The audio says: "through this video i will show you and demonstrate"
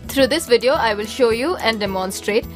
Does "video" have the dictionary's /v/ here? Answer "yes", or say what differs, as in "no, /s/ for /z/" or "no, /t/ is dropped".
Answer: yes